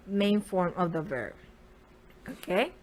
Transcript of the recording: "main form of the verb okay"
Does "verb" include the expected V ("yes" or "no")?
yes